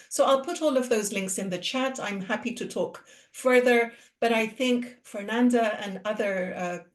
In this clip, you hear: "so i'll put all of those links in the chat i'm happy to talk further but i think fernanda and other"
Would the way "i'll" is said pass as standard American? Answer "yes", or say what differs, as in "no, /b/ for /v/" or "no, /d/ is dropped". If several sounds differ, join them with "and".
yes